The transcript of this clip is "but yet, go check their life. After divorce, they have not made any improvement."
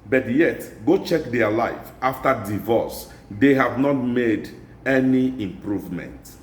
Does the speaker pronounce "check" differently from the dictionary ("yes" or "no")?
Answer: no